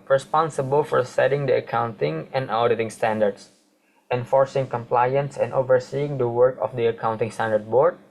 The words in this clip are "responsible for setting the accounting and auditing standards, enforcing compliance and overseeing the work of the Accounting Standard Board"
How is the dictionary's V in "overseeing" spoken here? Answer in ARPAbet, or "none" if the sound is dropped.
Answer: V